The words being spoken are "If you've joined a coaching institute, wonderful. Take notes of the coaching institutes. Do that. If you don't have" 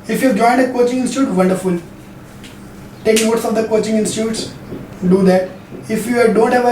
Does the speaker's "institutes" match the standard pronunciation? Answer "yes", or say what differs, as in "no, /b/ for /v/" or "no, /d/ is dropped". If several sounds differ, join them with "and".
yes